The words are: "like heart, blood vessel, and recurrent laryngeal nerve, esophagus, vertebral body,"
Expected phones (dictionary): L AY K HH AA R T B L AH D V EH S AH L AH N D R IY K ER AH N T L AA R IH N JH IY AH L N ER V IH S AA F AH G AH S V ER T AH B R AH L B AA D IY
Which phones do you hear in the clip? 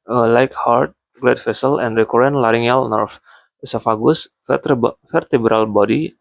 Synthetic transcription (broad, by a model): L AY K HH AA R T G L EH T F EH S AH L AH N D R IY K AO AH N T L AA R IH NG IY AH L N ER F IH S AA F AH G AH S F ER T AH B R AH L B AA D IY